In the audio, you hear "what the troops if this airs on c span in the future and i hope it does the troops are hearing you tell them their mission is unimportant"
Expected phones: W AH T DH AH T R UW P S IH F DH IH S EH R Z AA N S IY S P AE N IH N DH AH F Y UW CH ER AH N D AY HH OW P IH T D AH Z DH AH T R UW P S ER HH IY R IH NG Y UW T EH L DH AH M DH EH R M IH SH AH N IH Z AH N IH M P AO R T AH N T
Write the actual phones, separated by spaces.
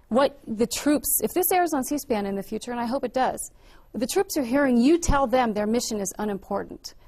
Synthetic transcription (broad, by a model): W AH T DH AH T R UW P S IH F DH IH S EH R Z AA N S IY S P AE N IH N DH AH F Y UW CH ER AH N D AY HH OW P IH T D AH Z DH AH T R UW P S ER HH IY R IH NG Y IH T EH L DH AH M DH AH R M IH SH AH N IH Z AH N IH M P AO R T N T